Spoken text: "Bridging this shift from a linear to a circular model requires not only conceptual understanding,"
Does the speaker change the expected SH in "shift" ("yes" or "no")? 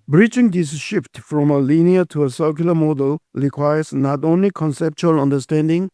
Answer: no